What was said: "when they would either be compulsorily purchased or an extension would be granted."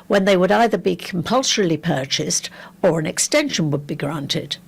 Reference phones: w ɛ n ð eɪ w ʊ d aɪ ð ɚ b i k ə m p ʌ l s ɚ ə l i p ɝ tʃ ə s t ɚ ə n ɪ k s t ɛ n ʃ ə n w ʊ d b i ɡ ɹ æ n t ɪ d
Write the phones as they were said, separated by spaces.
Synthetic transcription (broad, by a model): w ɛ n ð eɪ w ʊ d aɪ ð ɚ b i k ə m p ʌ l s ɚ l i p ɝ tʃ ə s t ɚ ə n ɪ k s t ɛ n ʃ ə n w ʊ d b i ɡ ɹ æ n t ɪ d